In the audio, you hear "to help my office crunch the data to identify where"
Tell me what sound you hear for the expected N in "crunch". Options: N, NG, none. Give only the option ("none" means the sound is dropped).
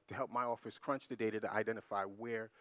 N